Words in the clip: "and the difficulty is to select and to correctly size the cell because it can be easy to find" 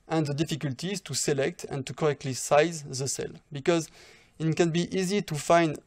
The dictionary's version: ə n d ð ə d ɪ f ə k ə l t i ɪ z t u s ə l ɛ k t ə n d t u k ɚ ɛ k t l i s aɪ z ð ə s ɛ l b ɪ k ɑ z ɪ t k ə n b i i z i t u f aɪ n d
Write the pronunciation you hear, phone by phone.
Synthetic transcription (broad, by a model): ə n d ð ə d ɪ f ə k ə l t i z t u s ə l ɛ k t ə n t u k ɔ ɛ k t l i s aɪ z ð ə s ɛ l b ɪ k ɑ z ɪ t k ə n b i i z i t u f aɪ n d